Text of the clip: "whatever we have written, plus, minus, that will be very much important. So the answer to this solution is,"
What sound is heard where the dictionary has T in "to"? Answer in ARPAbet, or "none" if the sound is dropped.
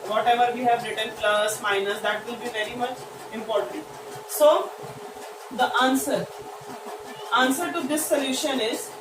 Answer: S